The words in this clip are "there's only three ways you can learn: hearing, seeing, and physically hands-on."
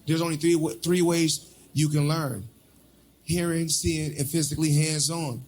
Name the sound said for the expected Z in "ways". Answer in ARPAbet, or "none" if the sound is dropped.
Z